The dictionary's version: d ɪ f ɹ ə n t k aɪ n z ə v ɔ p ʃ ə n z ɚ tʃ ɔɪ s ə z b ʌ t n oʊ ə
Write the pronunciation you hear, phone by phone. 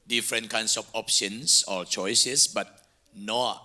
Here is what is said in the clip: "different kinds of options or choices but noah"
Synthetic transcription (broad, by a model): d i f ɹ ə n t k aɪ n s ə f ɔ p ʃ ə n s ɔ tʃ ɔɪ s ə s b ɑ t n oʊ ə